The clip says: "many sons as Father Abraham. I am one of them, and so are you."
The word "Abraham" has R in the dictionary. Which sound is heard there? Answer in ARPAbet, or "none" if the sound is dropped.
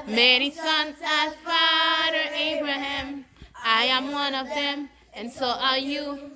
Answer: R